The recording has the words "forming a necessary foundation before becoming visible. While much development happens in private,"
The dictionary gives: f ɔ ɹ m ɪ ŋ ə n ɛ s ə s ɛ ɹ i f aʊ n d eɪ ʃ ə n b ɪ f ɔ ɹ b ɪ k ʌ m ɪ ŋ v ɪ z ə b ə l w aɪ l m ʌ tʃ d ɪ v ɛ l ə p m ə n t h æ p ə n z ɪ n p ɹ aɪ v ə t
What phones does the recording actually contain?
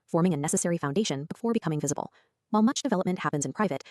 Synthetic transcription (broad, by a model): f ɔ ɹ m ɪ ŋ ə n ɛ s ə s ɛ ɹ i f aʊ n d eɪ ʃ ə n b ɪ f ɔ ɹ b ɪ k ʌ m ɪ ŋ v ɪ z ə b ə l w aɪ l m ʌ tʃ d ɪ v ɛ l ə p m ə n t h æ p ə n z ɪ n p ɹ aɪ v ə t